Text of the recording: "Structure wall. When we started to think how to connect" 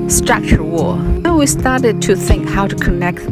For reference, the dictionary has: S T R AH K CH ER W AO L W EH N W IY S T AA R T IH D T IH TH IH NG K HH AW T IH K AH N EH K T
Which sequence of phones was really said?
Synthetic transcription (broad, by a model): S T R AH K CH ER W AO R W W IY S T AA R T IH D T IH TH IH NG K HH AW T IH K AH N EH K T